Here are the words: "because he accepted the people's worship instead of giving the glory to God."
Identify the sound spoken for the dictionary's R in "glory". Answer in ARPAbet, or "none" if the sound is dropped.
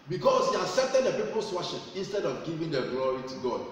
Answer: R